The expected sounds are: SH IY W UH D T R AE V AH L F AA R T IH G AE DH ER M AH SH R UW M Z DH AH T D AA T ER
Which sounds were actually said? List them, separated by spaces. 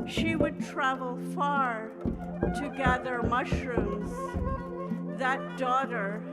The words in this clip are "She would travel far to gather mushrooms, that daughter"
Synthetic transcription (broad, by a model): SH IY W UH D T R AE V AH L F AA R T IH G AE DH ER M AH SH R UW M Z DH AH T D AA T ER